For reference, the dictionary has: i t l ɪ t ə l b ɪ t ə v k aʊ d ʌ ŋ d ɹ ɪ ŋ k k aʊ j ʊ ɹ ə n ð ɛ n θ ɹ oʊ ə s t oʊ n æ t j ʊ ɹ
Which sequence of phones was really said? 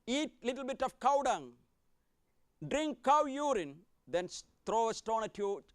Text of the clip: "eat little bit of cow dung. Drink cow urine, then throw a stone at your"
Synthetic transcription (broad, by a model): i t l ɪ t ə l b ɪ t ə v k aʊ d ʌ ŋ d ɹ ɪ ŋ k k aʊ j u ɹ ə n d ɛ n t ɹ oʊ ə s t oʊ n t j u